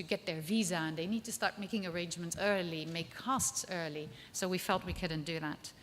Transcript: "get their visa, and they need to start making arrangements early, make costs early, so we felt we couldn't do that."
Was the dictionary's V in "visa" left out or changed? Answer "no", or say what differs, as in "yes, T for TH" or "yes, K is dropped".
no